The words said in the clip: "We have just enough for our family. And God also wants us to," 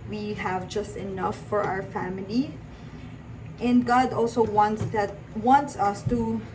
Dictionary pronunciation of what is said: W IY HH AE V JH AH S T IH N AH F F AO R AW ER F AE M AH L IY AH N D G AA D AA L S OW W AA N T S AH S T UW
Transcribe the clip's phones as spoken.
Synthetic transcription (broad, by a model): W IY HH AE V JH AH S T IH N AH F F AO R AW ER F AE M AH L IY AH N D G AA D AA L S OW W AA N T S AH S T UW